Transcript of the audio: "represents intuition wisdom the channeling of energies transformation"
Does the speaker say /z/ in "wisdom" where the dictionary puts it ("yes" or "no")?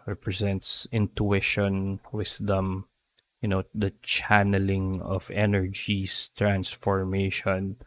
no